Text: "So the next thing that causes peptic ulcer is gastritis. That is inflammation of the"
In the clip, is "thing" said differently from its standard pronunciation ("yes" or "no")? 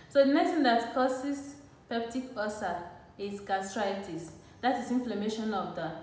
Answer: yes